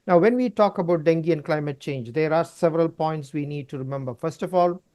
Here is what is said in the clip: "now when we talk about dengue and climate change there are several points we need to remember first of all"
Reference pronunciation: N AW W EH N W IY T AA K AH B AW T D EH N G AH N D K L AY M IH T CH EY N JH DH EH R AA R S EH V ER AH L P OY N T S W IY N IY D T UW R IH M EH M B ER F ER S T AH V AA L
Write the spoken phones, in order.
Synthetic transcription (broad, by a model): N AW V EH N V IY T AA K AH B AW T D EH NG G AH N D K L AY M IH T CH EY N JH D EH R AA R S EH V ER AH L P OY N T S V IY N IY D T UW R IH M EH M B ER F ER S T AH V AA L